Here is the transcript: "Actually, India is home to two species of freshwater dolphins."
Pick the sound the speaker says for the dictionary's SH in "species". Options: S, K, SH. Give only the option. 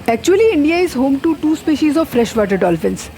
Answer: SH